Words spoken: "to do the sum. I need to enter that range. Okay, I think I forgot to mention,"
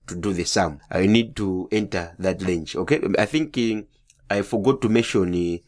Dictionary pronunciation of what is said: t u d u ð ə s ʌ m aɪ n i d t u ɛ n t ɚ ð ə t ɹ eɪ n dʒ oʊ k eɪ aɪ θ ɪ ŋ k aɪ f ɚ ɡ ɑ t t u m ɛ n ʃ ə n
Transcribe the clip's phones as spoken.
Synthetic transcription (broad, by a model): t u d u ð ə s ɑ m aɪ n i d t u ɛ n t ɚ ð ə t l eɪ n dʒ oʊ k eɪ aɪ θ ɪ ŋ k aɪ f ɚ ɡ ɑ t t u m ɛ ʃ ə n